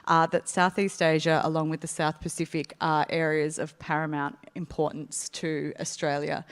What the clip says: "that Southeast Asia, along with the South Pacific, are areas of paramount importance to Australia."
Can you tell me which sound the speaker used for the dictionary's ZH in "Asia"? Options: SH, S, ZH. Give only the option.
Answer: ZH